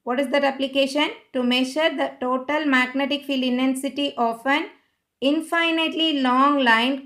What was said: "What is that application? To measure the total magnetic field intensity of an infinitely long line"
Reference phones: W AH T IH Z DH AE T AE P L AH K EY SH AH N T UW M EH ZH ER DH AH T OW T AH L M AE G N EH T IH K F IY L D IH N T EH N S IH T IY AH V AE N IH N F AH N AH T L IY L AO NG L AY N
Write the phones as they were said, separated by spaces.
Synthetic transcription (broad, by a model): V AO T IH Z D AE T AE P L AH K EY SH AH N T UW M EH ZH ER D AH T OW T AH L M AE G N EH T IH K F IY L IH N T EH N S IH T IY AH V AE N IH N F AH N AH T L IY L AO NG L AY N